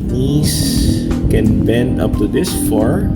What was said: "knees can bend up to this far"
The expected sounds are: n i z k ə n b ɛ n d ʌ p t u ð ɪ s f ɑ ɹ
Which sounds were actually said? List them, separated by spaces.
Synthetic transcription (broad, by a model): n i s k ə n b ɛ n d ʌ p t u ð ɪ s f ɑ ɹ